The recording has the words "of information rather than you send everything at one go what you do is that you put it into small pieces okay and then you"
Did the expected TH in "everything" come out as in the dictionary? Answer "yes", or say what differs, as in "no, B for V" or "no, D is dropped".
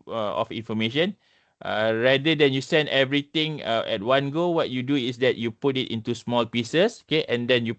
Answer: no, T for TH